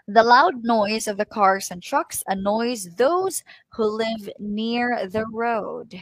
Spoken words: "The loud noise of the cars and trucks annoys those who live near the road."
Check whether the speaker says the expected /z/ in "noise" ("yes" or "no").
yes